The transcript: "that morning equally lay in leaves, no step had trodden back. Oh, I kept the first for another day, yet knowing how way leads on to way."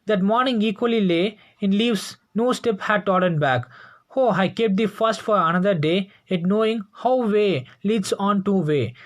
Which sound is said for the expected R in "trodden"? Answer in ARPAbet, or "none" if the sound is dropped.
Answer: none